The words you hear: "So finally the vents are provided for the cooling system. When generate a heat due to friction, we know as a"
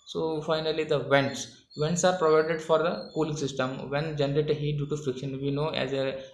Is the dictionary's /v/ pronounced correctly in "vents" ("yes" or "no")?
yes